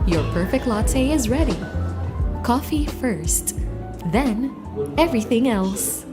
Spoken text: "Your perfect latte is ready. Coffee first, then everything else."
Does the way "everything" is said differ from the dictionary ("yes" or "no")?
no